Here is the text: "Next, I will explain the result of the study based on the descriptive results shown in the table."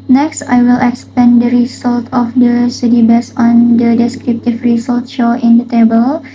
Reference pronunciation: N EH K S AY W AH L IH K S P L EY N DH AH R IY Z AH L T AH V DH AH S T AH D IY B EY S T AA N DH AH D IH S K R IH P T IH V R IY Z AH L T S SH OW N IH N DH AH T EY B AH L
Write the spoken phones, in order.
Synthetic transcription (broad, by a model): N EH K S AY W AH L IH K S P EY N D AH R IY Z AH L T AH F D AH S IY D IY B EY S AA N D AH D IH S K R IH P T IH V R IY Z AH L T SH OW IH N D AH T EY B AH L